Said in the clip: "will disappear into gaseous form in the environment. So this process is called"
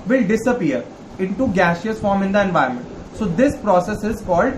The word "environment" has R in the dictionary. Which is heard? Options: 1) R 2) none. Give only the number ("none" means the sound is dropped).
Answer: 2